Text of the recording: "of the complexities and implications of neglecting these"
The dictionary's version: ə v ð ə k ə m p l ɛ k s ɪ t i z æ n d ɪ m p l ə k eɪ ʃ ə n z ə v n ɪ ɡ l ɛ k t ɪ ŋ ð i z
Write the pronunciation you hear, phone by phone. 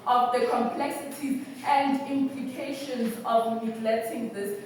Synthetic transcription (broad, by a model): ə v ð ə k ə m p l ɛ k s ɪ t i z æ n d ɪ m p l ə k eɪ ʃ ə n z ə v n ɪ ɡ l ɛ t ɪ ŋ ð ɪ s